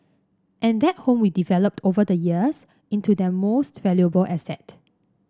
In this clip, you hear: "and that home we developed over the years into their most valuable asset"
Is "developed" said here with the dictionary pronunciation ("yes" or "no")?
yes